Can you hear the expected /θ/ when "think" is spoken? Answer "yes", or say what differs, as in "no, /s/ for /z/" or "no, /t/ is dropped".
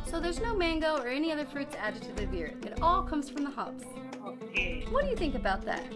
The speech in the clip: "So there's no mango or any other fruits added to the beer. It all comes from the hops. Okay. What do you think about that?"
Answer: yes